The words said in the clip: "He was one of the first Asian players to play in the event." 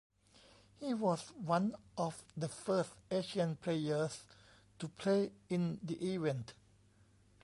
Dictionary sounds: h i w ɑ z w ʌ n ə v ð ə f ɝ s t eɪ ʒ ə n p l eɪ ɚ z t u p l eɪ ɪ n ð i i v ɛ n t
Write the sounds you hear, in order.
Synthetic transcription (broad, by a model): h i w ɑ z w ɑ n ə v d ə f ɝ s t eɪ ʃ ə n p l eɪ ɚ s t u p l eɪ ɪ n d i i v ɛ n t